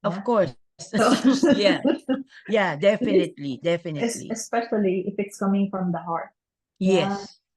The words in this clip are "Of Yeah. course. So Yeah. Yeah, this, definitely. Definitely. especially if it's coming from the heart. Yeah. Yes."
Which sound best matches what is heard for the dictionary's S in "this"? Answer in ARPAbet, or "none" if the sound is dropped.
none